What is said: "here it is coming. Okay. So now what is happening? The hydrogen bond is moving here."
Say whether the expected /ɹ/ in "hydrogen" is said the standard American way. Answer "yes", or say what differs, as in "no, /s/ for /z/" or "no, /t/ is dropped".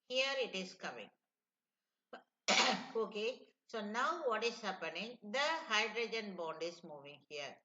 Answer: yes